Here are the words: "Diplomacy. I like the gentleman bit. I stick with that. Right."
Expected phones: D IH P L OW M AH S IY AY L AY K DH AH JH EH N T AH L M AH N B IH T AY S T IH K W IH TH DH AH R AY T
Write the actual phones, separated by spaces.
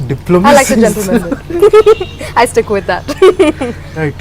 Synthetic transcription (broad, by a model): D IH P L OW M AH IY L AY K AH JH EH N T AH L M AH N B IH AY S T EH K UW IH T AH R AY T